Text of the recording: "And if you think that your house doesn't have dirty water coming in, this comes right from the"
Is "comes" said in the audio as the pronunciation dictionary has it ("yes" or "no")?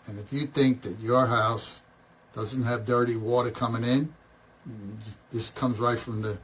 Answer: yes